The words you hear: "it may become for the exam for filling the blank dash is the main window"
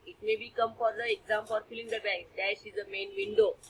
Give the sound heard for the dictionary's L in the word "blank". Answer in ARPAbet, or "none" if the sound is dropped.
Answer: none